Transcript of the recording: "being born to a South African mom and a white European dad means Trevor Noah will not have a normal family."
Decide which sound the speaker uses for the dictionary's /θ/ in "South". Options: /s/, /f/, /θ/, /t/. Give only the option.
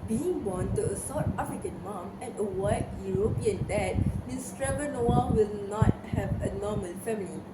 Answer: /t/